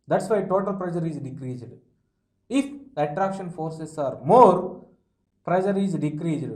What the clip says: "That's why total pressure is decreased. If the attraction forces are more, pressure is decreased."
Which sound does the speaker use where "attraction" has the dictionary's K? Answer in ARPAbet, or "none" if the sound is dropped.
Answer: K